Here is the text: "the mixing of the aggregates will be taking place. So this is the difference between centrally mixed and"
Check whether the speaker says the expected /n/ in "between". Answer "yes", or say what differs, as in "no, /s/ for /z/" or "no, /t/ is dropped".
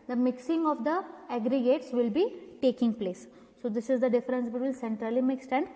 no, /l/ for /n/